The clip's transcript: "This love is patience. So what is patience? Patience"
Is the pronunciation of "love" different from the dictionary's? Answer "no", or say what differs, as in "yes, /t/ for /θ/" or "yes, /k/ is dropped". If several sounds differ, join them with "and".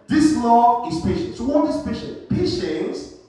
yes, /v/ is dropped